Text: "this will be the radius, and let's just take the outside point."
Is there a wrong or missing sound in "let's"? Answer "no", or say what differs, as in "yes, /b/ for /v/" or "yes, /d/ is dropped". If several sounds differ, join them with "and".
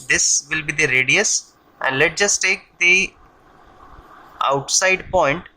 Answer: yes, /s/ is dropped